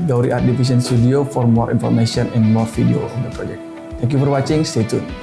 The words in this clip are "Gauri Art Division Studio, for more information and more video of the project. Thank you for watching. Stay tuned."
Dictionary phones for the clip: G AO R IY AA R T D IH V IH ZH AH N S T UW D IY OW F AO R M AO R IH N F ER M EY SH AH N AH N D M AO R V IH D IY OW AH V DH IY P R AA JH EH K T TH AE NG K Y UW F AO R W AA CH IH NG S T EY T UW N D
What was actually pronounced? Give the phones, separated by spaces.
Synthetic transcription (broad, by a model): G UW R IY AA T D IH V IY S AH N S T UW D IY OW F AO R M AO R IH N F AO M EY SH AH N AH N M AO R F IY D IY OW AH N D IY P R AA JH EH K T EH NG K Y UW F AO R W AA CH IH NG S T EY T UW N